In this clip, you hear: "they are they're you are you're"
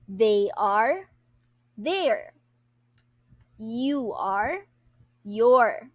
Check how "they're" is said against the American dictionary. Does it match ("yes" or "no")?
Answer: yes